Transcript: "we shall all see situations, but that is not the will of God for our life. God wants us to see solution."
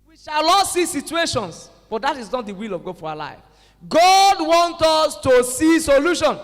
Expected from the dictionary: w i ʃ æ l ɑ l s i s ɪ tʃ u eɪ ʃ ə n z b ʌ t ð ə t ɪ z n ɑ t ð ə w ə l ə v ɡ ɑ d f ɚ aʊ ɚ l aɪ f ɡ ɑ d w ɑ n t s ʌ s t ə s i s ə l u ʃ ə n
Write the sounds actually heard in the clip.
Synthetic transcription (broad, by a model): w i ʃ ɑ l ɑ s i s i tʃ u eɪ ʃ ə n s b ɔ t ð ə t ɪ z n ɑ t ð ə w ə l ə v ɡ ɑ d f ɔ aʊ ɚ l aɪ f ɡ ɑ d w ɑ n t ɔ s t ə s i s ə l u ʃ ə n